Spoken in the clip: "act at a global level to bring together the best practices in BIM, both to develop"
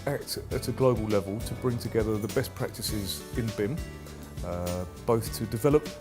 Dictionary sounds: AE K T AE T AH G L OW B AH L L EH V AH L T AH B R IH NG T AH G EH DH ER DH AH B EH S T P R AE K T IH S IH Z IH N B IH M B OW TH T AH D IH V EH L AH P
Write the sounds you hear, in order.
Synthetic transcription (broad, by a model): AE K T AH T AH G L OW B AH L L EH V AH L T AH B R IH NG T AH G EH DH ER DH AH B EH S P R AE K T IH S IH Z IH N B IH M B OW TH T AH D IH V EH L AH P